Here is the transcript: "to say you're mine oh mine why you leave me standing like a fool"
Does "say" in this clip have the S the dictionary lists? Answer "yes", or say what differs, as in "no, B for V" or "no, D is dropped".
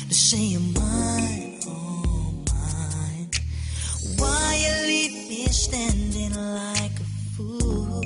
no, SH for S